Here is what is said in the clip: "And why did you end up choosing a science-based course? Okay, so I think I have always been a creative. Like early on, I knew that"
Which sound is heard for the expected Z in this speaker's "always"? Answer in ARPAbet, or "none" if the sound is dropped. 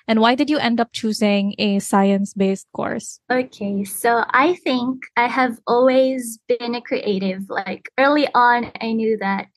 Z